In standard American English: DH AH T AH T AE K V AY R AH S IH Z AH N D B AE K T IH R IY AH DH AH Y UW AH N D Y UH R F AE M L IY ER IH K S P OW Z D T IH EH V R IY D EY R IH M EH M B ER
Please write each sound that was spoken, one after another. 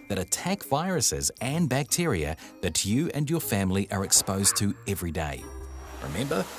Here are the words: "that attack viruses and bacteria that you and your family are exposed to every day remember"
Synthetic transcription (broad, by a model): DH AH T AH T AE K V AY R AH S IH Z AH N B AE K T IH R IY AH DH AH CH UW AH N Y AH R F AE M L IY ER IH K S P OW Z T IH EH V R IY D EY R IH M EH M B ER